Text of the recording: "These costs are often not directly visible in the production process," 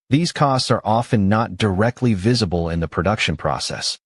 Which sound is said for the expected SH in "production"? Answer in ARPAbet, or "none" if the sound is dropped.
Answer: SH